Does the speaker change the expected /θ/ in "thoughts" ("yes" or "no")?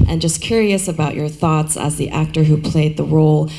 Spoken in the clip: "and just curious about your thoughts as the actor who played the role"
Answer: no